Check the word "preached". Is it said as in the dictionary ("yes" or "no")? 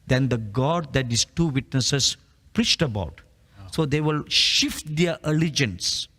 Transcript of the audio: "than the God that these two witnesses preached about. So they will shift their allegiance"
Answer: yes